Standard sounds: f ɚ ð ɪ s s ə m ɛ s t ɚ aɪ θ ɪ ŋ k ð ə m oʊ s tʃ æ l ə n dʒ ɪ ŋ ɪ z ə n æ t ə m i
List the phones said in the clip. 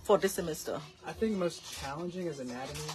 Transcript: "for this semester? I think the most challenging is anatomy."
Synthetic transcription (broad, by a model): f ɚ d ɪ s s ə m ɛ s t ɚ aɪ θ ɪ ŋ k m oʊ s tʃ æ l ə n dʒ ɪ ŋ ɪ z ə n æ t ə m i